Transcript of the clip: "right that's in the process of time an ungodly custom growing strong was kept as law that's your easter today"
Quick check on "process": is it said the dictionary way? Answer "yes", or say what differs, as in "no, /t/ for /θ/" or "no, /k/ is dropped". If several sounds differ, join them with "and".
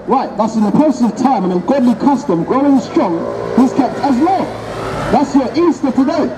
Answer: no, /ɹ/ is dropped